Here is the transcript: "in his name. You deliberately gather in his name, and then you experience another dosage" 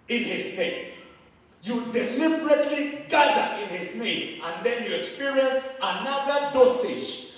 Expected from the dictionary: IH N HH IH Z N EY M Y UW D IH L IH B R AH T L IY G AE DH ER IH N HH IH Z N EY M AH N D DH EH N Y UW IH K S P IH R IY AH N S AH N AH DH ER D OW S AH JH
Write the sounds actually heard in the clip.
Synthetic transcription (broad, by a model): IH N HH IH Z N EY M Y UW D IH L IH B R AH T L IY G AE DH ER IH N HH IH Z N EY M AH N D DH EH N Y UW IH K S P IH R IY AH N S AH N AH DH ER D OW S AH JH